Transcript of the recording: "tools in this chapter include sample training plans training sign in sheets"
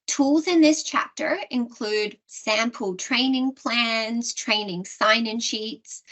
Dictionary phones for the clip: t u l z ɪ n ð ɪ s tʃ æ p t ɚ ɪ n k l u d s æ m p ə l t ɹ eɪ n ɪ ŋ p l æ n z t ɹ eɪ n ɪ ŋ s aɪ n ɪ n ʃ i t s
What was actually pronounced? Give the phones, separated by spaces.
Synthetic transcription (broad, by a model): t u l z ɪ n ð ɪ s tʃ æ p t ɚ ɪ n k l u d s æ m p ə l t ɹ eɪ n ɪ ŋ p l æ n z t ɹ eɪ n ɪ ŋ s aɪ n ɪ n ʃ i t s